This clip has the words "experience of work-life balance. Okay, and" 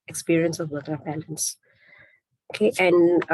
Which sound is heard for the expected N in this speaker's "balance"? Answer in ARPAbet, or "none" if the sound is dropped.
N